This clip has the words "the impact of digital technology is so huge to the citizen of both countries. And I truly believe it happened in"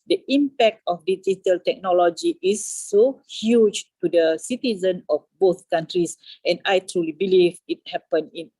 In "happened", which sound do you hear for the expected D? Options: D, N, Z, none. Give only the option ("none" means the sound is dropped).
none